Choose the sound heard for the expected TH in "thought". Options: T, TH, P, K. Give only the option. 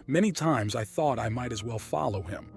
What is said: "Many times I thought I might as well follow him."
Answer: TH